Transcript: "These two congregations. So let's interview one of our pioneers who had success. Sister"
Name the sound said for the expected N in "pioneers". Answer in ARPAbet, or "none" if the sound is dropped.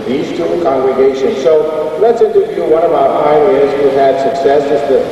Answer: none